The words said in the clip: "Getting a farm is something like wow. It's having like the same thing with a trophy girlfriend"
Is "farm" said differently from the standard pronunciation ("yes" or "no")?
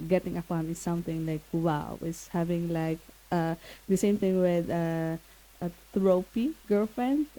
yes